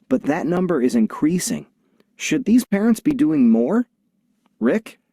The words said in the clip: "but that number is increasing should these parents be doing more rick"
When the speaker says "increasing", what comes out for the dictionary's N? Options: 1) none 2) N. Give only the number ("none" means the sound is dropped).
2